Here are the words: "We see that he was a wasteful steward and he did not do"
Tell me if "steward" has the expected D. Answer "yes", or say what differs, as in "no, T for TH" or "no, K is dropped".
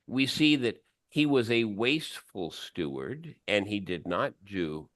yes